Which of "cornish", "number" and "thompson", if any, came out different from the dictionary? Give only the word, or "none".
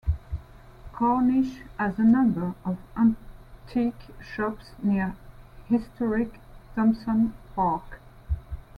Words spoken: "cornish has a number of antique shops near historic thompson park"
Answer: thompson